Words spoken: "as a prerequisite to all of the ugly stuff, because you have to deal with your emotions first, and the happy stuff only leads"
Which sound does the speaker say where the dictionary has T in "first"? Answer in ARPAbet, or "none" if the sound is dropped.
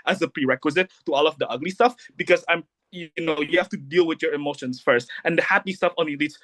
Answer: T